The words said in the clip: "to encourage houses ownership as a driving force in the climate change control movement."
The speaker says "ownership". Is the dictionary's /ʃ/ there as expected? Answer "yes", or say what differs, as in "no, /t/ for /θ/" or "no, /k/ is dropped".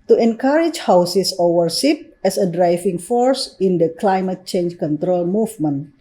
no, /s/ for /ʃ/